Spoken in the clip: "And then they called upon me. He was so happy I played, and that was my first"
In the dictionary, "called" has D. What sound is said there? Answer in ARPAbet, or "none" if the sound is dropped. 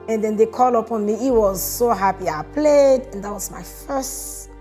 none